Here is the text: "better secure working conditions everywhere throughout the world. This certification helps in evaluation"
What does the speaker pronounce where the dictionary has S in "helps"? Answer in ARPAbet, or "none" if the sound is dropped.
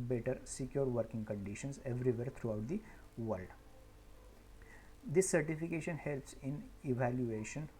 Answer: S